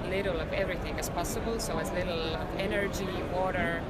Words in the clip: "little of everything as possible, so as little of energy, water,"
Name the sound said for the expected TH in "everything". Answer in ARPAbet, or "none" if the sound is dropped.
TH